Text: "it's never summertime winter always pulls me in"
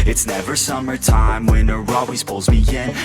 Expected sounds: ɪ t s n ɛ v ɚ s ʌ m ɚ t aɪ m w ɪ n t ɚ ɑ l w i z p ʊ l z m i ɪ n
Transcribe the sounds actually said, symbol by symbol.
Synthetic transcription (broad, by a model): ɪ t s n ɛ v ɚ s ʌ m ɚ t aɪ m w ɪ n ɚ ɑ w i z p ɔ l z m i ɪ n